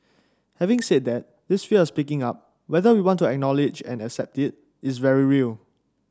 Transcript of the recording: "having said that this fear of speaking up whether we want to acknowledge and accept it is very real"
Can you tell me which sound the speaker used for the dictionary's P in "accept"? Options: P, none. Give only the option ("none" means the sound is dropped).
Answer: P